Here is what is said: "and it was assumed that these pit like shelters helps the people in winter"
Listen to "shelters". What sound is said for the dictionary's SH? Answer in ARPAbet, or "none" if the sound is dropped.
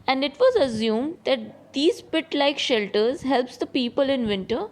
SH